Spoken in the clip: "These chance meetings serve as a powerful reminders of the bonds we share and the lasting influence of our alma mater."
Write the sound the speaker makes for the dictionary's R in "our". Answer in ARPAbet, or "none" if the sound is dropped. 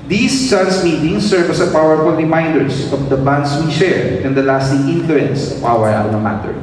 W